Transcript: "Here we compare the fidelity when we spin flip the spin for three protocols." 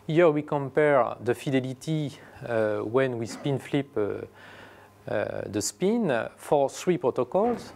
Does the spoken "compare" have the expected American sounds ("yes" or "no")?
yes